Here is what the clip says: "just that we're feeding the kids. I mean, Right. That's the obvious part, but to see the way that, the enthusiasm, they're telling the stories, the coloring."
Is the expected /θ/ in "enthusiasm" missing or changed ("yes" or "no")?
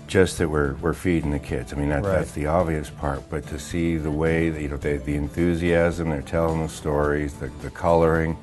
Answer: no